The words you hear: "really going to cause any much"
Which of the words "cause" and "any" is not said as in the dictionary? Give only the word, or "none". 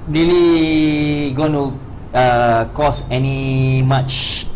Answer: cause